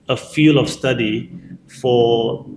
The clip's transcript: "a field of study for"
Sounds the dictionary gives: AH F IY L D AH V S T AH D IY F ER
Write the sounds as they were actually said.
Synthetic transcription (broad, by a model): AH F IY L AH F S T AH D IY F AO